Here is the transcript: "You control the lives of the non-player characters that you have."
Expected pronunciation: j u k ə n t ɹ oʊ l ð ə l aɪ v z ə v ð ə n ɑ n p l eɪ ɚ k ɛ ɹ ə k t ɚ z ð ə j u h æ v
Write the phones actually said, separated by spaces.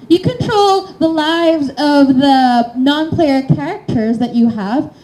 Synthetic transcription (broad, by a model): j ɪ k ə n t ɹ oʊ l ð ə l aɪ v z ə v ð ə n ɑ n p l eɪ ɚ k ɛ ɹ ə k t ɚ z ð ə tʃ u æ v